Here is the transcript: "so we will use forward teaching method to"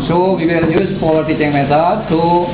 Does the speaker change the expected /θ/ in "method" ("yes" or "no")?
yes